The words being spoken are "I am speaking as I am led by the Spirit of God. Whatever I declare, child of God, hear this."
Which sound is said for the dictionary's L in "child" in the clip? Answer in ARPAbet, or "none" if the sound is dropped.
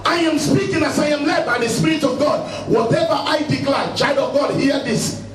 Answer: none